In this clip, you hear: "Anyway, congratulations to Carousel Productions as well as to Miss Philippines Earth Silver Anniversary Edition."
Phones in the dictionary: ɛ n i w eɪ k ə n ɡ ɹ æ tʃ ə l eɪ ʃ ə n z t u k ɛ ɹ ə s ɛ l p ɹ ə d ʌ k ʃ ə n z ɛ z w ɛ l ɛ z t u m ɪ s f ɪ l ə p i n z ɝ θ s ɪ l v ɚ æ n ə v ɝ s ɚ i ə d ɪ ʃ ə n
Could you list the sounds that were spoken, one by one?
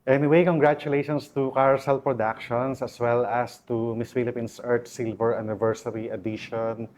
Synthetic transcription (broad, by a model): ɛ n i w eɪ k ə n ɡ ɹ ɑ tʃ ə l eɪ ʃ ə n s t u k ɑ ɹ s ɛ l p ɹ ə d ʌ k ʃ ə n s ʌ s w ɛ l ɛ s t u m ɪ s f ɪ l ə p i n s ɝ t s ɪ l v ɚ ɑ n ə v ɝ s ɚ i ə d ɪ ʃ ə n